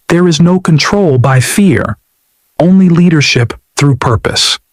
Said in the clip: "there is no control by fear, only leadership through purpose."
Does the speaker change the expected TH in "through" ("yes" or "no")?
no